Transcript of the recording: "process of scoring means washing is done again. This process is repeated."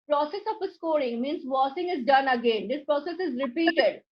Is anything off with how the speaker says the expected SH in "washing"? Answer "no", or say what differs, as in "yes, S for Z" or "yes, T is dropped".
yes, S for SH